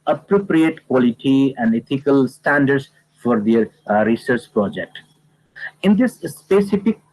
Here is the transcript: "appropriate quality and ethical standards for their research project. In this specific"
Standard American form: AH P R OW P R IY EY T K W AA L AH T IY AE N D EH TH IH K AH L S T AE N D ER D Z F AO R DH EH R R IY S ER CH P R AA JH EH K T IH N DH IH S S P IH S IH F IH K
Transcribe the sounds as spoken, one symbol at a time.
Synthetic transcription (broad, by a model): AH P R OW P R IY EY T K W AA L AH T IY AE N D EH T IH K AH L S T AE N D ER D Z F AO R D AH R R IY S ER CH P R AA JH EH K T IH N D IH S S P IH S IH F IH K